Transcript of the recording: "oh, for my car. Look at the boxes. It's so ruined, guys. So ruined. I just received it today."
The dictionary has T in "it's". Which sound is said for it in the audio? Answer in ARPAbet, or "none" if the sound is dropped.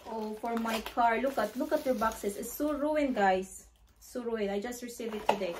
S